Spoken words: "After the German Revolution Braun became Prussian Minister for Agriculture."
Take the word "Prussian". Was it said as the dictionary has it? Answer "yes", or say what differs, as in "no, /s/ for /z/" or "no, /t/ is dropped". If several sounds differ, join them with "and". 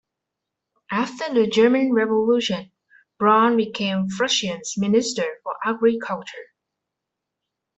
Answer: no, /f/ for /p/